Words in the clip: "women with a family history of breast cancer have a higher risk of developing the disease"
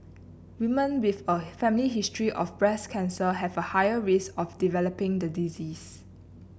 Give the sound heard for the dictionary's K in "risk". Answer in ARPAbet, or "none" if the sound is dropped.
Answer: none